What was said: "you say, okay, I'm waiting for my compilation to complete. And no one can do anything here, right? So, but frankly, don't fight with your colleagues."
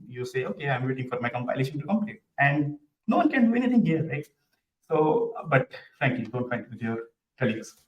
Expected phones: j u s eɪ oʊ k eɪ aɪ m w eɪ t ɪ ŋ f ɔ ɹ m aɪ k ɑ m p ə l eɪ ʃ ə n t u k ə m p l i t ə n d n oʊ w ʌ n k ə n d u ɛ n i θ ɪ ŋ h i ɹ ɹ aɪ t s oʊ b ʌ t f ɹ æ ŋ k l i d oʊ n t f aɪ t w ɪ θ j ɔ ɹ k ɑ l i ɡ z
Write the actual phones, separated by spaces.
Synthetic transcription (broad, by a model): j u s eɪ oʊ k eɪ aɪ m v eɪ t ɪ ŋ f ɔ ɹ m aɪ k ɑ m p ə l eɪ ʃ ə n t u k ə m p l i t ə n d n oʊ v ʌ n k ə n d u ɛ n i t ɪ ŋ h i ɹ ɹ aɪ t s oʊ b ʌ t f ɹ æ ŋ k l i d oʊ n t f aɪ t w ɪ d j ɔ ɹ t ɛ l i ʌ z